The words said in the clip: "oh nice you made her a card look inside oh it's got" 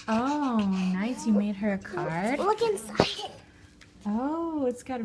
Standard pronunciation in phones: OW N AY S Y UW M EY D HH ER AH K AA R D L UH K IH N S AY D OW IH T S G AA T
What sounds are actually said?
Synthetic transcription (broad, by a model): OW N AY S Y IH M EY D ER AH K AA R D L UH K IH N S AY OW IH T S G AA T